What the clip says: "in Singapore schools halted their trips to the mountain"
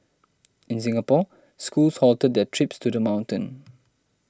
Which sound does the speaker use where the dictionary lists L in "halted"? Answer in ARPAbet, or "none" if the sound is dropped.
L